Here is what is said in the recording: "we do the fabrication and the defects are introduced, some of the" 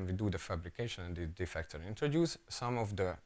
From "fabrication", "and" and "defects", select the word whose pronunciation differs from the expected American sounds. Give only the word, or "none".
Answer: defects